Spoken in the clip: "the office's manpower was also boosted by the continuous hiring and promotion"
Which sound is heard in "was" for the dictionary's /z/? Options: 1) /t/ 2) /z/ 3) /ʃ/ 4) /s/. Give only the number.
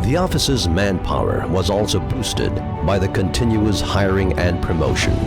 2